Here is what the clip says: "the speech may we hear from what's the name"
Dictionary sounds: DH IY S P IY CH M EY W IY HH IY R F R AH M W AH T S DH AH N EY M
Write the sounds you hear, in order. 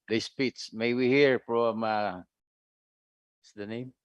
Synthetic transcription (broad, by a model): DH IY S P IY S M EY W IY HH IY R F R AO M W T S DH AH N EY M